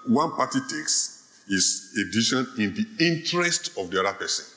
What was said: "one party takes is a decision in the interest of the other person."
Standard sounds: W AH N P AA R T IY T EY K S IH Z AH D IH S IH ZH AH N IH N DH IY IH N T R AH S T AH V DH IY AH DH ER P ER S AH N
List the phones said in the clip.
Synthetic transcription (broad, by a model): W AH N P AA T IY T EY K S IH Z AH D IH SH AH N IH N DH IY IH N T R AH S T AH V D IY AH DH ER P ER S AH N